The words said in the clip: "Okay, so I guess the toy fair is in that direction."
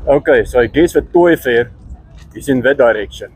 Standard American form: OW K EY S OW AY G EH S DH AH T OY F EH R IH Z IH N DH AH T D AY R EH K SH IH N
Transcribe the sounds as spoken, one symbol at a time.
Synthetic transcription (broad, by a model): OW K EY S OW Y G EH S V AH T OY F EH R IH S IH N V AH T D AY R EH K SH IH N